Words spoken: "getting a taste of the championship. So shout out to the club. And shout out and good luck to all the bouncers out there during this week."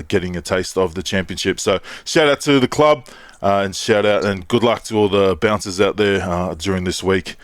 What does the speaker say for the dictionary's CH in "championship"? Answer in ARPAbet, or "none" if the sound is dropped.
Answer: CH